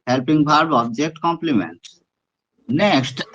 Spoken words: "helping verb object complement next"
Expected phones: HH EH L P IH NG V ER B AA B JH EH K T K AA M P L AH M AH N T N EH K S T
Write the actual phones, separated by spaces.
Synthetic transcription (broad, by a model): HH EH L P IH NG B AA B AA B JH EH K T K AA M P L AH M AH N T N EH K S T